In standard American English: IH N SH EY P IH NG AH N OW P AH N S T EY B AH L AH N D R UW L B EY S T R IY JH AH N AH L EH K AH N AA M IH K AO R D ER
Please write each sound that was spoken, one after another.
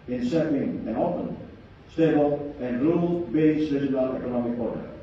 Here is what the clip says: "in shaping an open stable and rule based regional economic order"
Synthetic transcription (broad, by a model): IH N S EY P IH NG AH N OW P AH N S T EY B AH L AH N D R UW L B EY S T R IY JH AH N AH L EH K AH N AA M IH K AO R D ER